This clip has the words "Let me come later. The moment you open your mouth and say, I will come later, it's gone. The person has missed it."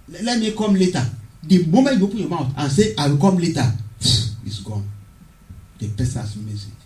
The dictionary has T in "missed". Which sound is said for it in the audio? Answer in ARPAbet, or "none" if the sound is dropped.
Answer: none